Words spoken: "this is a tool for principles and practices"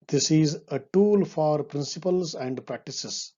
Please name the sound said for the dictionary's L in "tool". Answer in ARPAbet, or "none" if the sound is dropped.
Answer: L